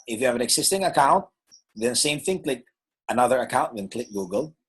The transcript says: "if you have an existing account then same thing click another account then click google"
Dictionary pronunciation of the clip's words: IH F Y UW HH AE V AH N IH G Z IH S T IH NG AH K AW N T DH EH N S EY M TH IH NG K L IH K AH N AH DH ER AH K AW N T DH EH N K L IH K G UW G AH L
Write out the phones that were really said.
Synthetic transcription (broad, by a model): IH F Y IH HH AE V AH N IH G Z IH S T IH NG AH K AW N T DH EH N S EY M TH IH NG K L IH K AH N AH DH ER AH K AW N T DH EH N K L IH K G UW G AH L